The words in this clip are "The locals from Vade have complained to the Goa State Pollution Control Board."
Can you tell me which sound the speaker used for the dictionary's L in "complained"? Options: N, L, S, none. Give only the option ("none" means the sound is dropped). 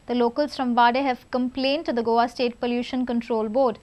L